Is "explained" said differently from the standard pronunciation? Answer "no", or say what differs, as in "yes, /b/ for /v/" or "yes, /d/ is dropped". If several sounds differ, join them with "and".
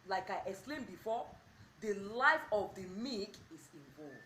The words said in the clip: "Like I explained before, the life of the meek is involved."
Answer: yes, /k/ is dropped